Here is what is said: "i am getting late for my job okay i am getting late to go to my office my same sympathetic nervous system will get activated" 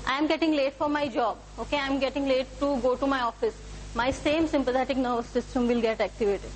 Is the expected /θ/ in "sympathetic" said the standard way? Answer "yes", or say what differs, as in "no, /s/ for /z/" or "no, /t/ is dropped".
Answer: no, /t/ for /θ/